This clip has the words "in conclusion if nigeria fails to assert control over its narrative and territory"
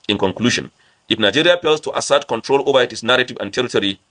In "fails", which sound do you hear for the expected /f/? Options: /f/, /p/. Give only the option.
/p/